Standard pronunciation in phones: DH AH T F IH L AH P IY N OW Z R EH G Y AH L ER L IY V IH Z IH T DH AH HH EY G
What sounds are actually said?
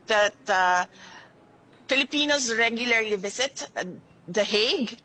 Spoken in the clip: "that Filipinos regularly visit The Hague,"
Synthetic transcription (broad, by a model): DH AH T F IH L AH P IY N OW S R EH G Y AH L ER L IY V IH S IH T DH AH HH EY G